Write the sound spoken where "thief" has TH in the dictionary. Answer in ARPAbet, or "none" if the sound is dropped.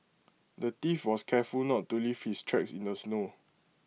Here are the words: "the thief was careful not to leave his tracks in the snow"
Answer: T